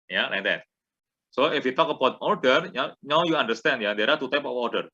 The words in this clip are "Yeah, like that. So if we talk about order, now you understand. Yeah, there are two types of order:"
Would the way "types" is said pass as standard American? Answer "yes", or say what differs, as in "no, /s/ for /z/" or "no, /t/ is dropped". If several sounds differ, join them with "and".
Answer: no, /s/ is dropped